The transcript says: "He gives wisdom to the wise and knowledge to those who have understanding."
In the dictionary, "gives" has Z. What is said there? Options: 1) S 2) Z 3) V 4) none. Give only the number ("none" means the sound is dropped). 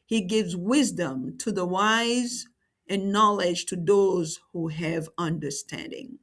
2